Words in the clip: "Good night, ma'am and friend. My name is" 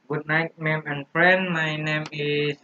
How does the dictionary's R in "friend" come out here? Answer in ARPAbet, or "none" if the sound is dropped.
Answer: R